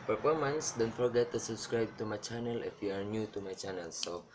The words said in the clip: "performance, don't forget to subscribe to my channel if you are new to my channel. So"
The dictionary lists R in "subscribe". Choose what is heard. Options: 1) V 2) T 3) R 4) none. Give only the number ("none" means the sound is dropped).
3